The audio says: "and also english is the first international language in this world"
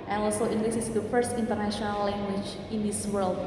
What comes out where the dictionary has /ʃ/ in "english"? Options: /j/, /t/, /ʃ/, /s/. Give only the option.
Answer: /s/